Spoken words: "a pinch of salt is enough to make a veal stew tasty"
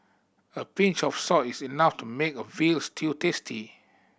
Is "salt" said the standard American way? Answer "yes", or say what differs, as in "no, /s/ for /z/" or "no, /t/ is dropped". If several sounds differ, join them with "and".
no, /l/ is dropped